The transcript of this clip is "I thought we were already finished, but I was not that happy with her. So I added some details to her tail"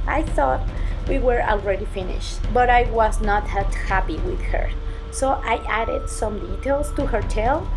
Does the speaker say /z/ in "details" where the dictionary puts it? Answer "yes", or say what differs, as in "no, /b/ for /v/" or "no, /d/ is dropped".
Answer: no, /s/ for /z/